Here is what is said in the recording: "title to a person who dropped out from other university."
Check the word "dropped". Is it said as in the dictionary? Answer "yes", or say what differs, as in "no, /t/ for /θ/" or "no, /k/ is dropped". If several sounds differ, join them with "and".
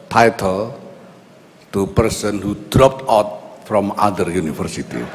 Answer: yes